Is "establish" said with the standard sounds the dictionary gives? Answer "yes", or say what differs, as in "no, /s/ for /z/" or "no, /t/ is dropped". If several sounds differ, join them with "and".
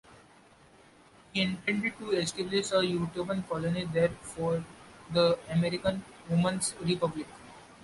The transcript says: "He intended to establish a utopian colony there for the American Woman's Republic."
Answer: no, /s/ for /ʃ/